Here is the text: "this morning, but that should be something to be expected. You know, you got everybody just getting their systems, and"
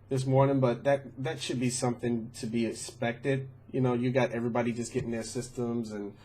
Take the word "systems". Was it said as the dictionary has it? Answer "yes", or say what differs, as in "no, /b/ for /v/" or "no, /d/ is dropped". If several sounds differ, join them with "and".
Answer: yes